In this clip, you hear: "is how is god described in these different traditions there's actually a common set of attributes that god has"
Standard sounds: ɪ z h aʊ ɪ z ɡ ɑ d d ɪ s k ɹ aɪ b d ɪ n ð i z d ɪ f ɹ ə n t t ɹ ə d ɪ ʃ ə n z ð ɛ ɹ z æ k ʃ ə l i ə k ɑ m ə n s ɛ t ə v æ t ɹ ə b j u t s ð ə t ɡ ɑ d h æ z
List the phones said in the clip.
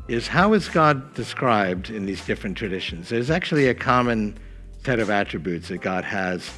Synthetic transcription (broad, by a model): ɪ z h aʊ ɪ z ɡ ɑ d d ɪ s k ɹ aɪ b d ɪ n ð i z d ɪ f ɹ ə n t t ɹ ə d ɪ ʃ ə n z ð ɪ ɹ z æ k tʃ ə l i ə k ɑ m ə n s ɛ t ə v æ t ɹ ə b j u t s ð ə t ɡ ɑ d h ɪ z